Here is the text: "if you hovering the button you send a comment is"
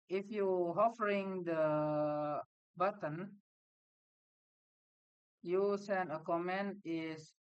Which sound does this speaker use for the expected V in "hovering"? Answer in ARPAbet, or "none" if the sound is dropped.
F